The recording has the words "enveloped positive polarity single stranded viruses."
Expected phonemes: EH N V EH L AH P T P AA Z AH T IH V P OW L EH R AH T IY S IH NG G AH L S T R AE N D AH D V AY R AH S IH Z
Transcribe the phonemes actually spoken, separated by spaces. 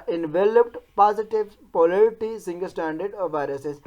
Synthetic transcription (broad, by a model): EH N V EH L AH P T P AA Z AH T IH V P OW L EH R T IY S IH NG G AH L S T AE N D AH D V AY R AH S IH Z